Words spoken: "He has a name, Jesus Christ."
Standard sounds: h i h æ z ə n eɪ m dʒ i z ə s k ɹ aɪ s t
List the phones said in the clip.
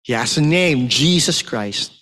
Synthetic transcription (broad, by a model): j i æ s ə n eɪ m dʒ i z ə s k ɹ aɪ s t